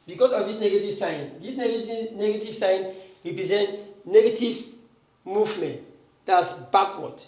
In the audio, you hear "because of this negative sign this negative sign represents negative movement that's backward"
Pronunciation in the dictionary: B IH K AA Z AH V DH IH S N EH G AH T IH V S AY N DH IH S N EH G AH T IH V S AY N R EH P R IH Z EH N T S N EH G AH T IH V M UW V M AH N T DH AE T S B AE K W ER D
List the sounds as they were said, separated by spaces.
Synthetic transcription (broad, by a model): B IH K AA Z AH V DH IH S N EH G AH T IH V S AY N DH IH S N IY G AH T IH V S AY N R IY P R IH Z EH N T N EH G AH T IH V M UW V M AH N T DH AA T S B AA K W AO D